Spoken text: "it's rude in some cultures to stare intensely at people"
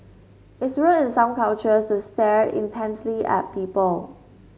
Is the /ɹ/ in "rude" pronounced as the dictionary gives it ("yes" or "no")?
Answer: no